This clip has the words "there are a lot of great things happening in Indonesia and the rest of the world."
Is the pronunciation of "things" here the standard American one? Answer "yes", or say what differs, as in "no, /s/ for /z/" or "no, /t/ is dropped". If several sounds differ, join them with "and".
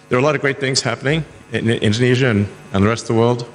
yes